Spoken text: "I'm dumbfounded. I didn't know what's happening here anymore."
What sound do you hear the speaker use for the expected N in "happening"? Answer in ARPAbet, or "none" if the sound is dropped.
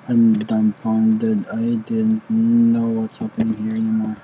none